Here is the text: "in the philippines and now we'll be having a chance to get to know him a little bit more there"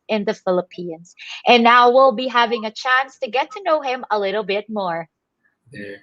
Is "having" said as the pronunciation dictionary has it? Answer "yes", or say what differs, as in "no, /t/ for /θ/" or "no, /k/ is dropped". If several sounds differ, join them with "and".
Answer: yes